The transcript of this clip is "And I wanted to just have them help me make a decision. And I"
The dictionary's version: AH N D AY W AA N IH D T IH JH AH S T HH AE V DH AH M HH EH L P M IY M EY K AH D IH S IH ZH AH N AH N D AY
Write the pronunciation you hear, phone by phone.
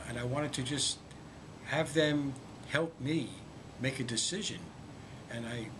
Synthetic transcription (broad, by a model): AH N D AY W AA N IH D T IH JH AH S T HH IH V DH AH M HH EH L P M IY M EY K AH D IH S IH ZH AH N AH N AY